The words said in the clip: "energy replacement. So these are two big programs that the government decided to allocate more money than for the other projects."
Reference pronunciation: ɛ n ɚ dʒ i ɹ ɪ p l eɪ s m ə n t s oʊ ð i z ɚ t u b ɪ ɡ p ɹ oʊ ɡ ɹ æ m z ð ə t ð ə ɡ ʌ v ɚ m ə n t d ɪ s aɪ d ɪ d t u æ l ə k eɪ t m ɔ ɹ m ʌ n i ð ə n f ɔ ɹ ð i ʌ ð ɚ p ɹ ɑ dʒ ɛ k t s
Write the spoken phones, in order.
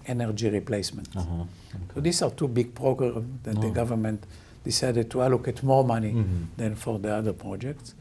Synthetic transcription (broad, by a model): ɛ n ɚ dʒ i ɹ ɪ p l eɪ s m ə n t s oʊ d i s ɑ t u b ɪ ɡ p ɹ oʊ ɡ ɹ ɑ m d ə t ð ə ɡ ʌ v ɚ m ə n t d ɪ s aɪ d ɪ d t u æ l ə k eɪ t m ɔ ɹ m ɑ n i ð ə n f ɔ ɹ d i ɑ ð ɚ p ɹ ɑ dʒ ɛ k t s